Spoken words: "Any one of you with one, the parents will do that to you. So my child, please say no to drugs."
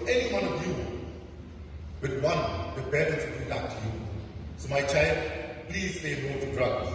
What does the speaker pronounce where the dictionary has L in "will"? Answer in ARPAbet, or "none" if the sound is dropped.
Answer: N